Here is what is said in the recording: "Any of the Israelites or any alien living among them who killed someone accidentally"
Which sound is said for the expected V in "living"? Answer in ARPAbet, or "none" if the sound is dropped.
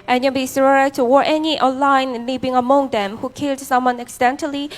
B